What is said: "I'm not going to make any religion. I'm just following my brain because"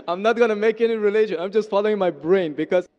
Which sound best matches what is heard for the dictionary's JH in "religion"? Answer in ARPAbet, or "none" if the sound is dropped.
SH